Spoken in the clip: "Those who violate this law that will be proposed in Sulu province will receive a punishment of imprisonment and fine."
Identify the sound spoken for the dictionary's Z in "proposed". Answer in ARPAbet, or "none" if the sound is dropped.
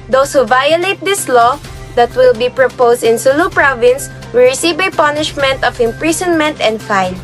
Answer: S